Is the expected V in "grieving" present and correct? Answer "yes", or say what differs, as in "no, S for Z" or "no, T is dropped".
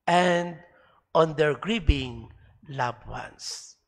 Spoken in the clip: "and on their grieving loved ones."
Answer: no, B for V